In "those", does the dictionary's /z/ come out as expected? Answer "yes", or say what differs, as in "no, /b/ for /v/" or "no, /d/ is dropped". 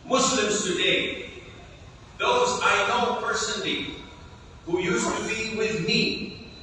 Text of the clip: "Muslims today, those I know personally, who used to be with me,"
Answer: yes